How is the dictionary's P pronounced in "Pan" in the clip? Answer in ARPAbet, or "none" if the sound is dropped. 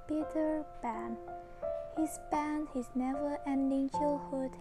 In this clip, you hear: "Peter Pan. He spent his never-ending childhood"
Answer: B